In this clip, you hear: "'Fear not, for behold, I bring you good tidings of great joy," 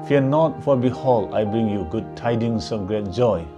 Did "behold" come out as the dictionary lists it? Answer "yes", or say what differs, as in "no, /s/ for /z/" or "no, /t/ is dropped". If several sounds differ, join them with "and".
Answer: no, /d/ is dropped